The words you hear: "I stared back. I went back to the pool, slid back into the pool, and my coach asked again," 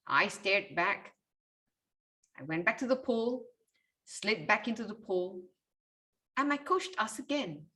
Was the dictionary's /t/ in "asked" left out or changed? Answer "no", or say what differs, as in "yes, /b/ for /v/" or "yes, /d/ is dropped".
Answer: yes, /t/ is dropped